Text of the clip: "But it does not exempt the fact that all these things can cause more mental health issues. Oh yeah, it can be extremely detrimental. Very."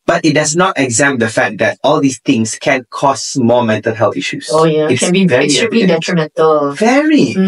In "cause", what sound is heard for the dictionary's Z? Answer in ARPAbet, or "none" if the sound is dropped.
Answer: S